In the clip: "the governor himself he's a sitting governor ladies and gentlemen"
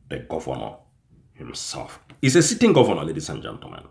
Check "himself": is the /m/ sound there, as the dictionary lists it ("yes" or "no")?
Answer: yes